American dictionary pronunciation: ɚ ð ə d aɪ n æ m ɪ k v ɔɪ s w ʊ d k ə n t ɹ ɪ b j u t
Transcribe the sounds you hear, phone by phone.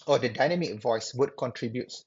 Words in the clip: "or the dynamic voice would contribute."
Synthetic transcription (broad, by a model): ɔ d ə d aɪ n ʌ m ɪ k v ɔɪ s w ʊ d k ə n t ɹ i b j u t